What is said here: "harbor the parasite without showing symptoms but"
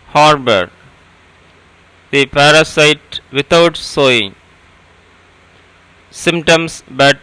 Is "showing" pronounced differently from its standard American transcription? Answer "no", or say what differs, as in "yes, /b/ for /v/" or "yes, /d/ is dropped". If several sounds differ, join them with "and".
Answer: yes, /s/ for /ʃ/